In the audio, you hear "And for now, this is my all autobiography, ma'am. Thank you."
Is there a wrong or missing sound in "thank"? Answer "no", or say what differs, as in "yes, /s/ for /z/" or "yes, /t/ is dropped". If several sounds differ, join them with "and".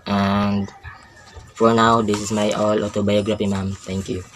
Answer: yes, /t/ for /θ/